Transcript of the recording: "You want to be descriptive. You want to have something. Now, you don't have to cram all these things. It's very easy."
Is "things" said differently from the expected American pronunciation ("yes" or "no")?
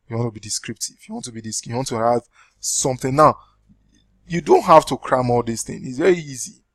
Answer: yes